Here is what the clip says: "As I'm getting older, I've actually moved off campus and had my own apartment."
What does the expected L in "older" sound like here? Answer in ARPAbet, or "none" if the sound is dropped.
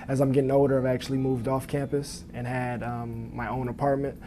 none